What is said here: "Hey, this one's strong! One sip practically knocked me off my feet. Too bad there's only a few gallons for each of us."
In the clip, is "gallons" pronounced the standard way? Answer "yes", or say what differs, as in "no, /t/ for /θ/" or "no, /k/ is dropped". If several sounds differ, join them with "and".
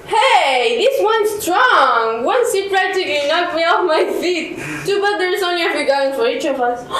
no, /l/ is dropped